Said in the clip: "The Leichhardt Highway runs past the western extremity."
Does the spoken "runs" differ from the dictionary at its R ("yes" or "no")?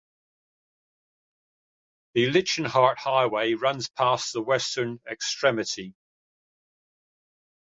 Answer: no